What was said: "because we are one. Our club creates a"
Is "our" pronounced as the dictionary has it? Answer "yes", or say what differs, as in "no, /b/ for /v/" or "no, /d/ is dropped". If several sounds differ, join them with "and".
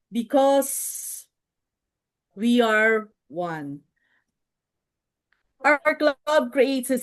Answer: yes